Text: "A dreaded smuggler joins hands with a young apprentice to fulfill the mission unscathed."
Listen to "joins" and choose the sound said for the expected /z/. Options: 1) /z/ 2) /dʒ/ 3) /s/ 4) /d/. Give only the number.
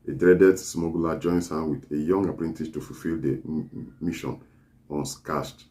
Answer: 3